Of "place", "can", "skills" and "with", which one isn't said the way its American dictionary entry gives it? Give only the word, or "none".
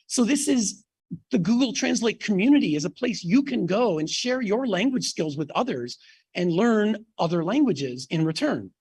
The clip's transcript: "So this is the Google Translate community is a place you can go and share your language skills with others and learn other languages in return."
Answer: none